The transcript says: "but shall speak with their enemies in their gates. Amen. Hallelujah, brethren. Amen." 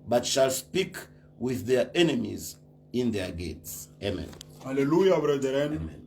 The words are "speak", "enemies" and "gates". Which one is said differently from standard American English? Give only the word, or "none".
none